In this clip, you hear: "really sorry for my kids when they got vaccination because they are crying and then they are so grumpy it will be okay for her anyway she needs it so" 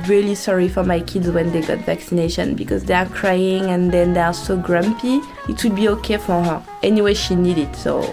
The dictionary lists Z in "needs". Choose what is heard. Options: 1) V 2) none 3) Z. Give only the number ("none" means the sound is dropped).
2